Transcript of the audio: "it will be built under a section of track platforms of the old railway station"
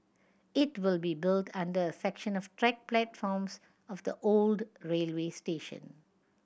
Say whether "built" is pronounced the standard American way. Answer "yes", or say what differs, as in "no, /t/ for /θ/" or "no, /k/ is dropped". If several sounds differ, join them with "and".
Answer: yes